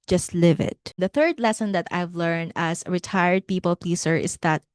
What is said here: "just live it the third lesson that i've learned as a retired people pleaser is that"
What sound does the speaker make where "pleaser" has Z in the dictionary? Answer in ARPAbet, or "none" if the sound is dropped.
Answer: S